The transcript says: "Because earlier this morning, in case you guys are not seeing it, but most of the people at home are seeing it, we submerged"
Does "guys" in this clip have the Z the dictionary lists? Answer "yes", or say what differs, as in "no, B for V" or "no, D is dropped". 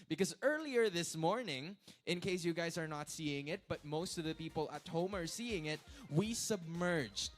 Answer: yes